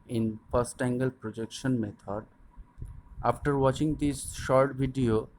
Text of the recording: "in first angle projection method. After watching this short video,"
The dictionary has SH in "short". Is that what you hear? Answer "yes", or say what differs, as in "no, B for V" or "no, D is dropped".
yes